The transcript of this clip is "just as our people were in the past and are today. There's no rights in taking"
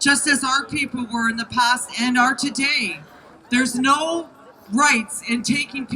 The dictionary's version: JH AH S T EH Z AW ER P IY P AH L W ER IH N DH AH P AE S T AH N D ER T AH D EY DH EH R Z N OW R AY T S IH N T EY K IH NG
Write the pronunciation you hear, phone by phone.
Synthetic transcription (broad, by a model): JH AH S T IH Z AW ER P IY P L W ER IH N DH AH P AE S T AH N ER T AH D EY DH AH R Z N OW R AY T S IH N T EY K IH NG